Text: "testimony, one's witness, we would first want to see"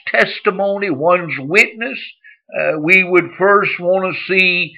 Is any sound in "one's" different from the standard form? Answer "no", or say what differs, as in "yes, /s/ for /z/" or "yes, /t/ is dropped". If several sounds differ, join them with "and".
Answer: no